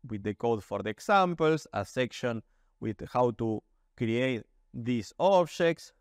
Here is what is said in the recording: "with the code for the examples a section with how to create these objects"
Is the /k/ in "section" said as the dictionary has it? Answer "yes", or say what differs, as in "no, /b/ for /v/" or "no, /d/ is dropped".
yes